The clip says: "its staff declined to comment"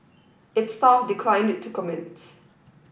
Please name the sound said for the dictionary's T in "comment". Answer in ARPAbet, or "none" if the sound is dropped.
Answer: T